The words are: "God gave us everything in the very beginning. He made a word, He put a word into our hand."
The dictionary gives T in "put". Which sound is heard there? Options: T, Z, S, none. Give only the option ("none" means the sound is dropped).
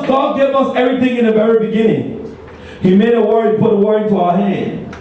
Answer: T